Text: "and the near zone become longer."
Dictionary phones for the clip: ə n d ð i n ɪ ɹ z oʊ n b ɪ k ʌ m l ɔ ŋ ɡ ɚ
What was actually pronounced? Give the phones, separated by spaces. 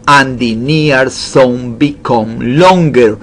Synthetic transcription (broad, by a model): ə n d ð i n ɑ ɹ s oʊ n b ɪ k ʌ m l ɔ ŋ ɡ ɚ